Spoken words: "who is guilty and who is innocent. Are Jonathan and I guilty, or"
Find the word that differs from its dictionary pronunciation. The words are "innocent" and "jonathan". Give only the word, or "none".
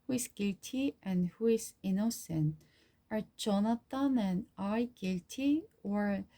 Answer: jonathan